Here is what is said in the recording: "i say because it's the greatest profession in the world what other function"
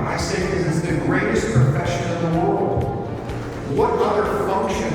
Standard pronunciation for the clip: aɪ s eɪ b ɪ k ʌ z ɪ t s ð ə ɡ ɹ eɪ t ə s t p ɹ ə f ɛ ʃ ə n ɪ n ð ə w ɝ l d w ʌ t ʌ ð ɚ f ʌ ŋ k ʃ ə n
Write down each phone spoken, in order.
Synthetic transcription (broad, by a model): aɪ s eɪ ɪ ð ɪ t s ð ə ɡ ɹ eɪ t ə s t p ɹ ə f ɛ ʃ ə n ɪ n ð ə w ɝ l d w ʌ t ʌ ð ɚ f ʌ ŋ k ʃ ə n